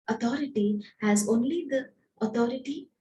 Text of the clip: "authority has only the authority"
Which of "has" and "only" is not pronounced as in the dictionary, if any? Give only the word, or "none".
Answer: none